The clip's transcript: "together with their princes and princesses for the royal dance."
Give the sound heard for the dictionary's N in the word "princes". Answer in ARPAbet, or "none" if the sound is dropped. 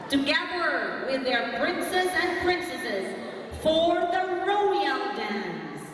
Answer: N